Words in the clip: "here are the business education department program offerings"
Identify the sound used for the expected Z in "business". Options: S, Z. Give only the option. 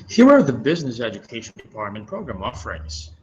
Z